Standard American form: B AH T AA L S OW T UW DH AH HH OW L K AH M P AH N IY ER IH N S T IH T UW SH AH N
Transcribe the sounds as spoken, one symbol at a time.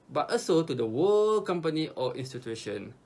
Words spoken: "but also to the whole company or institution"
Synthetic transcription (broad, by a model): B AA T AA S OW T UW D AH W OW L K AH M P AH N IY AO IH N S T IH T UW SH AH N